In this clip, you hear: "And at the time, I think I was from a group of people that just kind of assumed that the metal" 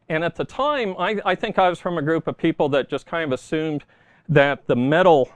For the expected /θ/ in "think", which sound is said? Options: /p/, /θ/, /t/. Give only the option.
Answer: /θ/